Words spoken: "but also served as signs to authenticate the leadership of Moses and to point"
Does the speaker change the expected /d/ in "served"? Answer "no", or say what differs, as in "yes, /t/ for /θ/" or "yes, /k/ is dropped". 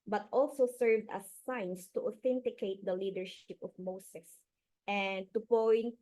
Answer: no